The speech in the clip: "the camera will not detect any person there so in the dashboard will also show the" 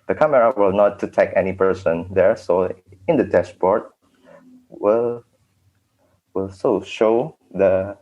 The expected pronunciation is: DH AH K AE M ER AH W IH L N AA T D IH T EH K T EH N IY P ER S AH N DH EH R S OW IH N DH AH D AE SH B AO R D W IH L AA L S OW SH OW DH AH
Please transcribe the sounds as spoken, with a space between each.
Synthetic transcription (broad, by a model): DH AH K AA M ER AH W IH L N AA T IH T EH K EH N IY P ER S AH N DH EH R S OW IH N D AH D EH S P AO R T W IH L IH L S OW SH OW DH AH